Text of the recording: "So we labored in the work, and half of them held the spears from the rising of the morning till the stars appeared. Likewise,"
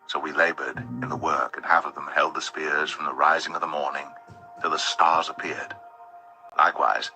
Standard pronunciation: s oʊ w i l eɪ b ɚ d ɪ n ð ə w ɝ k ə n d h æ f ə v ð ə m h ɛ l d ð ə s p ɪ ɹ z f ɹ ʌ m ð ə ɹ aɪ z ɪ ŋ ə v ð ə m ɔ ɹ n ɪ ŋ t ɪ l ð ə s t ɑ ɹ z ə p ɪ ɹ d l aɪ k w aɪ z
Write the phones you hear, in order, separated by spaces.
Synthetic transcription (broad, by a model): s oʊ w i l eɪ b ɚ d ɪ n ð ə w ɝ k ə n h æ f ə v ð ə m h ɛ l d ð ə s p ɪ ɹ z f ɹ ʌ m ð ə ɹ aɪ z ɪ ŋ ə v ð ə m ɔ ɹ n ɪ ŋ t ɪ l ð ə s t ɑ ɹ z ə p ɪ ɹ d l aɪ k w aɪ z